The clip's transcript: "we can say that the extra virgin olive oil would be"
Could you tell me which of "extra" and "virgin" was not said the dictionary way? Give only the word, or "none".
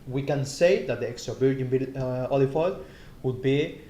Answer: virgin